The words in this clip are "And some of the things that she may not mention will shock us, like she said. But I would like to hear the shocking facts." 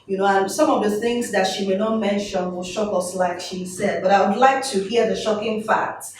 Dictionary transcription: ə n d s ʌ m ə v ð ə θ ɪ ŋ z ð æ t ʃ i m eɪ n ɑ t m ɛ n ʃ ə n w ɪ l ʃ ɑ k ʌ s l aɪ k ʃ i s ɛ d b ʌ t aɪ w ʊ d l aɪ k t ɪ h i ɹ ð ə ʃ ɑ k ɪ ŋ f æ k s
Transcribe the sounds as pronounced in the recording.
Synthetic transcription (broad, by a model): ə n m s ʌ m ə v ð ə θ ɪ ŋ z ð æ t ʃ i m eɪ n ɑ t m ɛ n ʃ ə n w ɪ l ʃ ɑ k ʌ s l aɪ k ʃ i s ɛ d b ʌ t aɪ w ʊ d l aɪ k t ɪ h i ɹ ð ə ʃ ɑ k ɪ ŋ f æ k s